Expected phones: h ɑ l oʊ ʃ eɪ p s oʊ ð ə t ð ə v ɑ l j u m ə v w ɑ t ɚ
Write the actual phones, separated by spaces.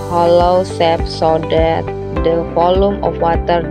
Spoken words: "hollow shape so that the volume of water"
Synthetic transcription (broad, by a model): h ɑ l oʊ s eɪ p s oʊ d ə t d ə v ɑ l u m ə f w ɑ t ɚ